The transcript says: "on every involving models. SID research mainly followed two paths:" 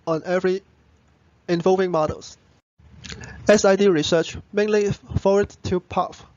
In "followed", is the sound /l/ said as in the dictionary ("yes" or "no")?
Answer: no